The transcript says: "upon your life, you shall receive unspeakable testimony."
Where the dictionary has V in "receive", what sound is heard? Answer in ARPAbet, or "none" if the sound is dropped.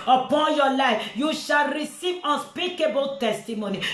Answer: none